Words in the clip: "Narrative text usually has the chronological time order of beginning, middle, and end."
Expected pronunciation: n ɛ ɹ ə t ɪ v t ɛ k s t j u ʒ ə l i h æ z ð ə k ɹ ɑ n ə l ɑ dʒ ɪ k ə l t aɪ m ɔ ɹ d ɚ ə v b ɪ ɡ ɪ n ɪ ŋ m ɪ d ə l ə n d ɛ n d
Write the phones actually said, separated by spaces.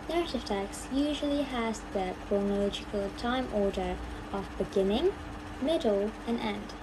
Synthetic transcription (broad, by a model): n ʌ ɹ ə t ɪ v t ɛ k s j u ʒ ə l i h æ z ð ə k ɹ ɑ n ə l ɑ dʒ ɪ k ə l t aɪ m ɔ ɹ d ɚ ə v b ɪ ɡ ɪ n ɪ ŋ m ɪ d l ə n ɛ n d